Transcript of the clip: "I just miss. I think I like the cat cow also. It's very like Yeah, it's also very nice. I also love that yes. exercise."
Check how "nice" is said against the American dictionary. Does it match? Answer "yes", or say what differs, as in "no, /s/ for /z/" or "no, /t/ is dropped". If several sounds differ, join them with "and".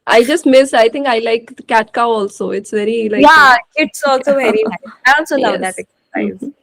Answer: no, /s/ is dropped